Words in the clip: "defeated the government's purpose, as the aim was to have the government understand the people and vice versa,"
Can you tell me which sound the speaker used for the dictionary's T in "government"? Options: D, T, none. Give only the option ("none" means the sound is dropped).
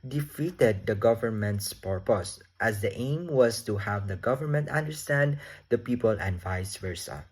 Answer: T